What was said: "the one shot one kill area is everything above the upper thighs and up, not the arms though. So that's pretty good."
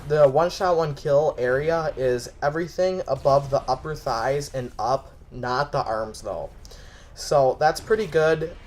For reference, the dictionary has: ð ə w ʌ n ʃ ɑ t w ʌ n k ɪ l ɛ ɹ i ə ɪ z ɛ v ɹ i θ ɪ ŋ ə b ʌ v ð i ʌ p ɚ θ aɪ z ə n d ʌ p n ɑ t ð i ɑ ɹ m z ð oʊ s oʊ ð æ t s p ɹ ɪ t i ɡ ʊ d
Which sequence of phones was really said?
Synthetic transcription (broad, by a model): ð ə w ʌ n ʃ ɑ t w ʌ n k ɪ l ɛ ɹ i ə ɪ z ɛ v ɹ i θ ɪ ŋ ə b ʌ v ð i ʌ p ɚ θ aɪ z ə n ʌ p n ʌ t ð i ɑ ɹ m z ð oʊ s oʊ ð æ t s p ɹ ɪ t i ɡ ʊ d